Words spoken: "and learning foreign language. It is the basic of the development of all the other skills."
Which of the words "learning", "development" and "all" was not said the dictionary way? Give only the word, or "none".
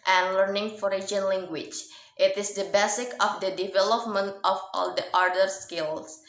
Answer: none